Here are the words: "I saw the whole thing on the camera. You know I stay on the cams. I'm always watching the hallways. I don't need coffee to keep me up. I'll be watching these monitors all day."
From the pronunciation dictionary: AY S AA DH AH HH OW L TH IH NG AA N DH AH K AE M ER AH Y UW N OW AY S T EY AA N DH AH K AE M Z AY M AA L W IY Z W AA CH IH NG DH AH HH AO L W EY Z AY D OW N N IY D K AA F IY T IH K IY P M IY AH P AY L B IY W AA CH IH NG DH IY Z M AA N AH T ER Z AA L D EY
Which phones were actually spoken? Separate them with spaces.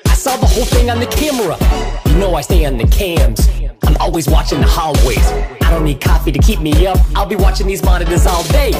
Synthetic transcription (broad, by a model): AY S AA DH AH HH OW L TH IH NG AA N DH AH K AE M ER AH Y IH N OW AY S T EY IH N DH AH K AE M Z AY M AA L W IY Z W AA CH IH NG DH AH HH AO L W EY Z AY D OW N N IY D K AA F IY T IH K IY P M IY AH P AY L B IY W AA CH IH NG DH IY Z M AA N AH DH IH S AA L D EY